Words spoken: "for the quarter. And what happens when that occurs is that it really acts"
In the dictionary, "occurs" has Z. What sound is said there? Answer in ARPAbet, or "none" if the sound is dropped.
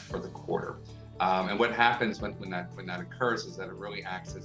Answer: Z